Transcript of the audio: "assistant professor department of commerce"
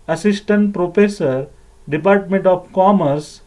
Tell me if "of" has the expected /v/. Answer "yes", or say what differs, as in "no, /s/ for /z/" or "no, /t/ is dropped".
no, /p/ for /v/